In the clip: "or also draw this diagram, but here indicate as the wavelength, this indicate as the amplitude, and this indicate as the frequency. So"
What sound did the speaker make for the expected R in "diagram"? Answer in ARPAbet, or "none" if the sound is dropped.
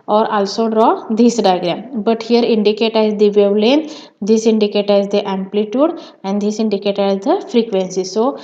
L